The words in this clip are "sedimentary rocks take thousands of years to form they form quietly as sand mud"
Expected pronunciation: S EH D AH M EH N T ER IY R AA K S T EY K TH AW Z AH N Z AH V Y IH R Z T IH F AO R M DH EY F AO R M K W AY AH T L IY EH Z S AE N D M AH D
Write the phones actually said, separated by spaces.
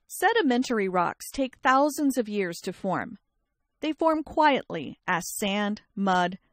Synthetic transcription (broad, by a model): S EH D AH M EH N T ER IY R AA K S T EY K TH AW Z AH N Z AH V Y IH R Z T IH F AO R M DH EY F AO R M K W AY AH T L IY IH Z S AE N D M AH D